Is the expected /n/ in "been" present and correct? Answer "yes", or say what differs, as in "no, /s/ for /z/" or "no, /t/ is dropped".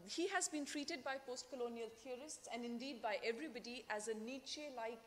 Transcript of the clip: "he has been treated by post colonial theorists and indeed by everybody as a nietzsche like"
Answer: yes